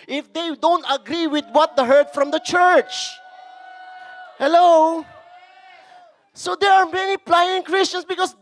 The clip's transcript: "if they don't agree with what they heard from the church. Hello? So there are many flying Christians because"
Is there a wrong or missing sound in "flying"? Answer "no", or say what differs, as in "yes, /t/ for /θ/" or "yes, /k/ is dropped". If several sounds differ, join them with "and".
yes, /p/ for /f/